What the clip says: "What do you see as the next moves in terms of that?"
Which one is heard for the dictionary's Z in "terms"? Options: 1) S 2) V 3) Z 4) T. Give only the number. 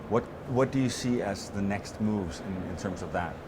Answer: 3